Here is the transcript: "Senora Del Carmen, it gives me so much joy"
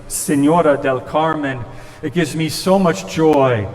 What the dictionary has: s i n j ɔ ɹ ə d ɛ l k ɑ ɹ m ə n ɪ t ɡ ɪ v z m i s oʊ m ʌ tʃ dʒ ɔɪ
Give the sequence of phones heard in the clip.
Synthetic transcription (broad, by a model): s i n j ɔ ɹ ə d ɛ l k ɑ ɹ m ə n ɪ t ɡ ɪ v z m i s oʊ m ʌ tʃ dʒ ɔɪ